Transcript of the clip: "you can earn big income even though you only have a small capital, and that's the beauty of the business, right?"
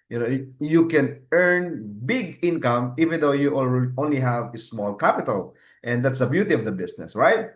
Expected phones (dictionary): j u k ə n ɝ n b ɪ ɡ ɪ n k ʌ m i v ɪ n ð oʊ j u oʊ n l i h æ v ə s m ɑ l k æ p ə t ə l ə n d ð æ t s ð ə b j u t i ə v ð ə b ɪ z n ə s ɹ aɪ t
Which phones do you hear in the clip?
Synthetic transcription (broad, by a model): j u k ə n ɝ n b ɪ ɡ ɪ n k ʌ m i v ɪ n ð oʊ j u oʊ n l i h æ v ə s m ɑ l k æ p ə t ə l ə n d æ t s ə b j u t i ə v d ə b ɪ s n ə s ɹ aɪ t